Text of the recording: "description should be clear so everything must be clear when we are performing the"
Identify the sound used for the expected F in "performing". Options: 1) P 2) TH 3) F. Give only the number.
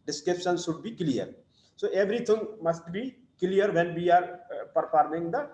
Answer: 1